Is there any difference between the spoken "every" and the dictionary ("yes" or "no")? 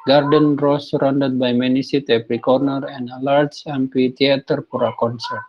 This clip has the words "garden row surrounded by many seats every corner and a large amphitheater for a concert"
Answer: yes